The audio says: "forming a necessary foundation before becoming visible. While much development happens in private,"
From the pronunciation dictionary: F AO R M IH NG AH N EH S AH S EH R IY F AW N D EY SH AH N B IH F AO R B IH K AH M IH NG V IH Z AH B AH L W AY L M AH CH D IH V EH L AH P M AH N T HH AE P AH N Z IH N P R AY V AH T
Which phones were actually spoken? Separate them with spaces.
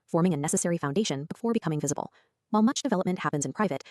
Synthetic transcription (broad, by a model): F AO R M IH NG AH N EH S AH S EH R IY F AW N D EY SH AH N B IH F AO R B IH K AH M IH NG V IH Z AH B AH L W AY L M AH CH D IH V EH L AH P M AH N T HH AE P AH N Z IH N P R AY V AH T